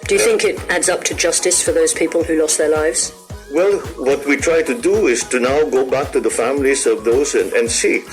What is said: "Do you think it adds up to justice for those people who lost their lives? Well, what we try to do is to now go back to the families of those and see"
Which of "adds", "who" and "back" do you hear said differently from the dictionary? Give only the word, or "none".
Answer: none